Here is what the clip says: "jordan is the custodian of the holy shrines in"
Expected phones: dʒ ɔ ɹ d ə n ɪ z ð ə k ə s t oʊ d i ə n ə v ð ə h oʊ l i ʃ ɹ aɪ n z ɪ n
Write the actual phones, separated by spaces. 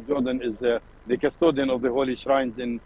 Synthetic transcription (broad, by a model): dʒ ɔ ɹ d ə n ɪ z ð ə k ə s t oʊ d i ə n ə v ð ə h oʊ l i ʃ ɹ aɪ n z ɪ n